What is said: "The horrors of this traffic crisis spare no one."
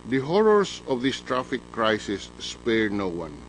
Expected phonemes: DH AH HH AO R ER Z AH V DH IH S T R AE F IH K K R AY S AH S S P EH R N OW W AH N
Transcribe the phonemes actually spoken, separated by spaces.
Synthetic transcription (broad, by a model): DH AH HH AO R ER S AH V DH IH S T R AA F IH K K R AY S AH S S P EH R N OW W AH N